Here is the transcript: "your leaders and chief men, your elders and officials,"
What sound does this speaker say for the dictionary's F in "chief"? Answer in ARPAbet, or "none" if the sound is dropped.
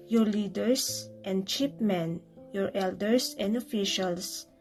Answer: P